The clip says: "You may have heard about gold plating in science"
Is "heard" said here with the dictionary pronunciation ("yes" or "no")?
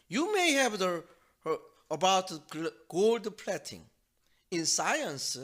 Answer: no